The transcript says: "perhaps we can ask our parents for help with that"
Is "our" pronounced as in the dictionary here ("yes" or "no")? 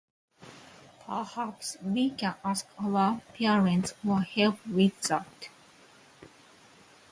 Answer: no